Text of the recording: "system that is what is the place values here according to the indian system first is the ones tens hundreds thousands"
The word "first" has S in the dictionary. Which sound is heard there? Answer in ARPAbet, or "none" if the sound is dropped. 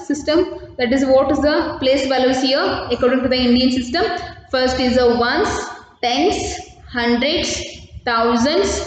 S